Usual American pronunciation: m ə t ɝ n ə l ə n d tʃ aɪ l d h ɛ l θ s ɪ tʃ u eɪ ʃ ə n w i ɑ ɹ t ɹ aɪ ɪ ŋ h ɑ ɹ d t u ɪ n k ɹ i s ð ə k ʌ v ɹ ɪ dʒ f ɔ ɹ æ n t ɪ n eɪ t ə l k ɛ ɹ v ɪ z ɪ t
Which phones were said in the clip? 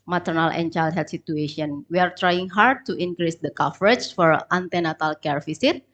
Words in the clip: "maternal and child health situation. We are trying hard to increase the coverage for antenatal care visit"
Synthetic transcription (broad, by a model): m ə t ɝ n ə l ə n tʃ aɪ l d h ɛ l t s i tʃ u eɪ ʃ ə n w i ɑ ɹ t ɹ aɪ ɪ ŋ h ɑ ɹ d t u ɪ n k ɹ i s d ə k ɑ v ɹ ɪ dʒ f ɔ ɹ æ n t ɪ n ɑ t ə l k ɛ ɹ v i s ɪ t